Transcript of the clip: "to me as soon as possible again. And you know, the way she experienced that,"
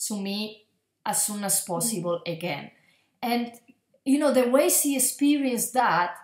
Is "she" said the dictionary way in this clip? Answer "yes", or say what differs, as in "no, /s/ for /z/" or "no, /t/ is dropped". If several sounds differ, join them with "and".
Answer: no, /s/ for /ʃ/